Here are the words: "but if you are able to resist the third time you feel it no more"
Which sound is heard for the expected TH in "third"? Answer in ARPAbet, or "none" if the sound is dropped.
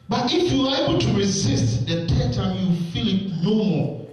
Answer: T